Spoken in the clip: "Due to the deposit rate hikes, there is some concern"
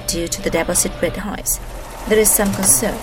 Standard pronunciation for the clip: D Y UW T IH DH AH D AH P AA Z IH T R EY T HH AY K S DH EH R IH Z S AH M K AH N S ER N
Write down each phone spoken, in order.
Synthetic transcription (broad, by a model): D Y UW T IH DH AH D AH B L S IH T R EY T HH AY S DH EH R IH Z S AH M K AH N S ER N